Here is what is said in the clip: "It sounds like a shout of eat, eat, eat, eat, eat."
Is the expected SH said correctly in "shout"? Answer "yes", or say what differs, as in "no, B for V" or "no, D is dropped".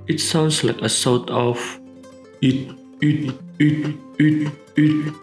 no, S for SH